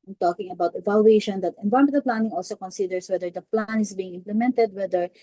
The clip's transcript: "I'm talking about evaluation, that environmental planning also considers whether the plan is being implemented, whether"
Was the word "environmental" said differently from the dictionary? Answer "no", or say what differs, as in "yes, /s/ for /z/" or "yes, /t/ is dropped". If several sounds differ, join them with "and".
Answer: yes, /ɹ/ is dropped and /n/ is dropped